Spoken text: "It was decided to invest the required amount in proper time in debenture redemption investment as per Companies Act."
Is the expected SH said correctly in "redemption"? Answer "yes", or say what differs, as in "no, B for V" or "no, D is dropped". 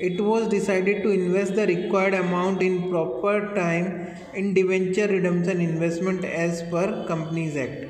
no, S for SH